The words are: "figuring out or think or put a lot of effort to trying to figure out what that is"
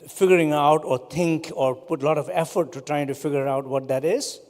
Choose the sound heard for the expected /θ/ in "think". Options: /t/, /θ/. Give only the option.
/t/